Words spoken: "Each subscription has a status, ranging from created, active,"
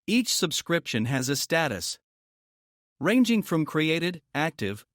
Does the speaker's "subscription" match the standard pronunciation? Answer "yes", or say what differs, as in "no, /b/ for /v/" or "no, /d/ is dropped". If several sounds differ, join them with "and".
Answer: yes